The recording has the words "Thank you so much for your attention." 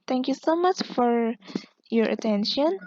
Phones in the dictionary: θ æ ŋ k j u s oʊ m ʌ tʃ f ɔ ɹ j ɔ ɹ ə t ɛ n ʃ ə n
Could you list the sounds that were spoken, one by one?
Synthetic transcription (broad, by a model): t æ ŋ k j u s oʊ m ʌ tʃ f ɔ ɹ j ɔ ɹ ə t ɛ n ʃ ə n